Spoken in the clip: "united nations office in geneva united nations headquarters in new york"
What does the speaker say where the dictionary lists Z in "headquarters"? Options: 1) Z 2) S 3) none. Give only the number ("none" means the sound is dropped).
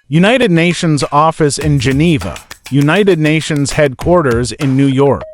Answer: 1